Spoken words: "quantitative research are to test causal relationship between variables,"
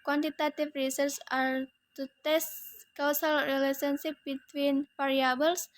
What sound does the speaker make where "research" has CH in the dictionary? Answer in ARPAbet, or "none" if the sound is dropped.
S